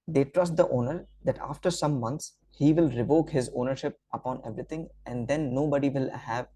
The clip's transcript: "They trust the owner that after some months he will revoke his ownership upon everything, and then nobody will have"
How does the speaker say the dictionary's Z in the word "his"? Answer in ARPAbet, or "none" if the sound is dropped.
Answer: Z